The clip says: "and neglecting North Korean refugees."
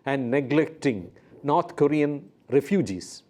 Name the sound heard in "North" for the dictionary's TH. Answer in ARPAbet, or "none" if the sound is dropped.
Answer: T